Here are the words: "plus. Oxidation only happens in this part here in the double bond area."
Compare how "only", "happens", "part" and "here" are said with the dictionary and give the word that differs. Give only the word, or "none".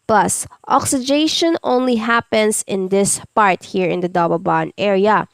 happens